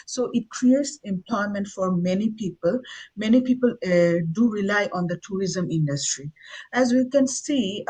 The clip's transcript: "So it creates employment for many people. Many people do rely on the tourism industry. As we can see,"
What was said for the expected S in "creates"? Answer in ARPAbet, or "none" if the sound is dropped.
S